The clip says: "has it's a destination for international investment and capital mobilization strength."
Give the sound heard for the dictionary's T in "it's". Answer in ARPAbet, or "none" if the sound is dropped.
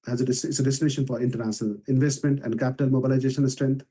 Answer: S